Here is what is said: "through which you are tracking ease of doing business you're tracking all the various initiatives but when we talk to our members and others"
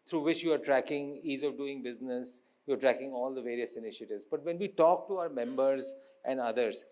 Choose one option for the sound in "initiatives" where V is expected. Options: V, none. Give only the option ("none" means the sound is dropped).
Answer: V